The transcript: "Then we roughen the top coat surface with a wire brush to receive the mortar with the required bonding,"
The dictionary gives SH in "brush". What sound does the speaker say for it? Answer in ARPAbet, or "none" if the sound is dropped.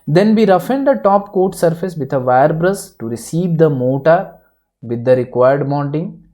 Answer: S